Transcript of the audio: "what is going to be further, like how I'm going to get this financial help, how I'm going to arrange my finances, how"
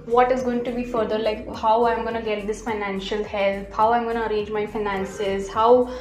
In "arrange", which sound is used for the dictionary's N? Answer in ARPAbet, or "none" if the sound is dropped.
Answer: none